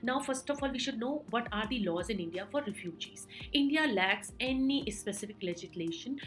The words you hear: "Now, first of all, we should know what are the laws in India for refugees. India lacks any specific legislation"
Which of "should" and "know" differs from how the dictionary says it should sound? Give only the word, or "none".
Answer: none